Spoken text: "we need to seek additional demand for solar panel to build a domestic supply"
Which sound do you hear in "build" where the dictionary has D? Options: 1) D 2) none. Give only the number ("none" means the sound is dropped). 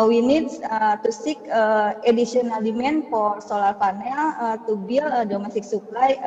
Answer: 2